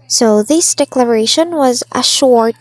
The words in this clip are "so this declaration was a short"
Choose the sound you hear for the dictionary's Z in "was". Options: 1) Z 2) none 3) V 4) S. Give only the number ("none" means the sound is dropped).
1